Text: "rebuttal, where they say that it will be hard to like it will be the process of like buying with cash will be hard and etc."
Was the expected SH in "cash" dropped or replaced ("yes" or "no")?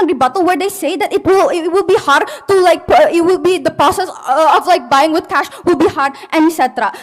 no